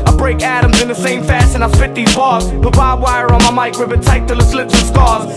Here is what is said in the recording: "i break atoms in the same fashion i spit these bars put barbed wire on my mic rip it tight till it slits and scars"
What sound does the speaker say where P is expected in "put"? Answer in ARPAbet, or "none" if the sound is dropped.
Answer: B